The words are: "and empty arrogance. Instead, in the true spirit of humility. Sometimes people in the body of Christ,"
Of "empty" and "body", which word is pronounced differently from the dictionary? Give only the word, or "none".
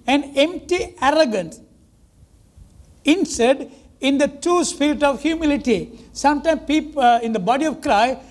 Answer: none